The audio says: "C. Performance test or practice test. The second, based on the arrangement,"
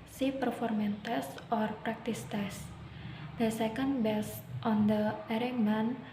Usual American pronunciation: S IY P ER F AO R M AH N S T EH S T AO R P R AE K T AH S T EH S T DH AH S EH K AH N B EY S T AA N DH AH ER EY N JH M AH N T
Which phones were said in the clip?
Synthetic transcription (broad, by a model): S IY P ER F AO R M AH N T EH S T AO R P R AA K T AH S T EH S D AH S EH K AH N B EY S T AA N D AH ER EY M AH N